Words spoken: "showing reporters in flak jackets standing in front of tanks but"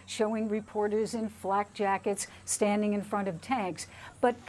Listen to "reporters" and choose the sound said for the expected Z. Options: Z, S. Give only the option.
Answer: Z